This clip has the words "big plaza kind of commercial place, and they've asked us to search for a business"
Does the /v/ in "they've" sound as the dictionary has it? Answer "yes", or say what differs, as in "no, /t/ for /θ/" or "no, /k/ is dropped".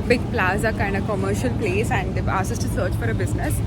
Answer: no, /v/ is dropped